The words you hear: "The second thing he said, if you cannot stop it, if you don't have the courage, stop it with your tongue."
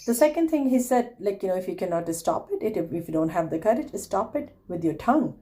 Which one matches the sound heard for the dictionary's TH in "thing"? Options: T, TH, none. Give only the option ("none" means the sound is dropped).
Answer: T